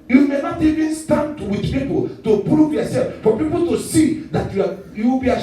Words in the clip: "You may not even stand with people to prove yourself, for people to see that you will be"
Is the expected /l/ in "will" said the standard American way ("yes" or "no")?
no